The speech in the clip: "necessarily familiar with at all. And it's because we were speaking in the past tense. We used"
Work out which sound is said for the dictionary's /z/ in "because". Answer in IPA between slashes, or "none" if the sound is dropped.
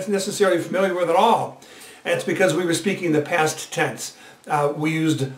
/z/